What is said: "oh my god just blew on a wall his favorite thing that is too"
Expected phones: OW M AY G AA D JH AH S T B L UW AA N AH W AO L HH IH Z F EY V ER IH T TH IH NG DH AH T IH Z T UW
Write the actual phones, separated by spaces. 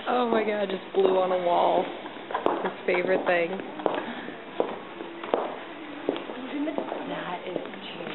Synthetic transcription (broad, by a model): OW M AY G AA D JH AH S B L UW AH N AH W AO L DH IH S F EY V ER IH T TH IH NG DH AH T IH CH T